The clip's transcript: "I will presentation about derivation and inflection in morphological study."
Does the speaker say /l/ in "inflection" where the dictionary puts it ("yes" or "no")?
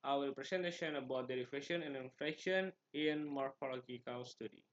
no